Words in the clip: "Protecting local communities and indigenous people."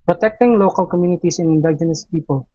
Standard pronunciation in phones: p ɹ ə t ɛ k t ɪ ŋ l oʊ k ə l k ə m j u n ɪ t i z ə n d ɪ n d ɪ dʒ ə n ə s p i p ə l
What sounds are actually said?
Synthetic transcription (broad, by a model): p ɹ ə t ɛ k t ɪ ŋ l oʊ k ə l k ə m j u n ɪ t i s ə n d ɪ n d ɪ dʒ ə n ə s p i p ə l